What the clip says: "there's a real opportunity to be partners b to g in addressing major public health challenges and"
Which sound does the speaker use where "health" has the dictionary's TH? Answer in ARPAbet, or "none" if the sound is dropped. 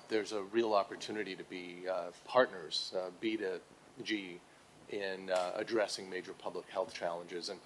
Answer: TH